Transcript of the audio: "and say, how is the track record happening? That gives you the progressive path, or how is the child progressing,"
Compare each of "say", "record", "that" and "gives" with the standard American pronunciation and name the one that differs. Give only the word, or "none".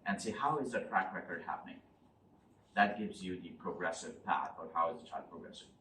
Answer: none